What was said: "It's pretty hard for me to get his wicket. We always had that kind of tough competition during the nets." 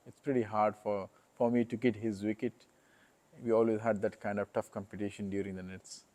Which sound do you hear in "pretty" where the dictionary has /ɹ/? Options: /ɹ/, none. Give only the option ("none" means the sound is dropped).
/ɹ/